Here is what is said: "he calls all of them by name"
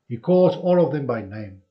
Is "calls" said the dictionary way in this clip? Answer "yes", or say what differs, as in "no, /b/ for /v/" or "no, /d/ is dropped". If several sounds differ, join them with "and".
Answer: no, /l/ is dropped